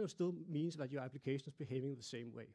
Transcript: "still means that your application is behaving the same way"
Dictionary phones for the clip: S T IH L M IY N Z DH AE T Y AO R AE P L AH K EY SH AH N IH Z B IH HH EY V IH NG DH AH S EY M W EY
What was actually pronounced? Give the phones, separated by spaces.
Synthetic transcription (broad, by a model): S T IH L M IY N S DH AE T Y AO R AE P L AH K EY SH AH N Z B IH HH EY V IH NG DH AH S EY M W EY